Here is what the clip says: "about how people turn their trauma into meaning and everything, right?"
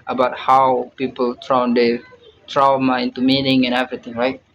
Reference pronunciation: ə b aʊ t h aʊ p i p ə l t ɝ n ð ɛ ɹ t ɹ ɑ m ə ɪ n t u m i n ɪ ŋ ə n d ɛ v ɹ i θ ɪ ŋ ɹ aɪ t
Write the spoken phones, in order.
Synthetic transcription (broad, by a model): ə b aʊ t h aʊ p i p ə l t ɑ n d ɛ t ɹ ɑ m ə ɪ n t u m i n ɪ ŋ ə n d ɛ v ɹ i t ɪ ŋ ɹ aɪ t